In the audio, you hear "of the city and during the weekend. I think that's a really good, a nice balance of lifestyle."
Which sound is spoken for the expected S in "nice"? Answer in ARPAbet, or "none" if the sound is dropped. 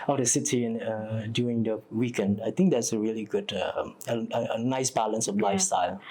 S